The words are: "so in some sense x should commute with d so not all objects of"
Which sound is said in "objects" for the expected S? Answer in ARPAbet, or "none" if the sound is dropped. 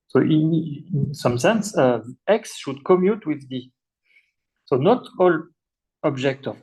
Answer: none